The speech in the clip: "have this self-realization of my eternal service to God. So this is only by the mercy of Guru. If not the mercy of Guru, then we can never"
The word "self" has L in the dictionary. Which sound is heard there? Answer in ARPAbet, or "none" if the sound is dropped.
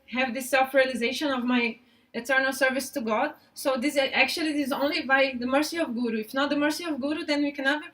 L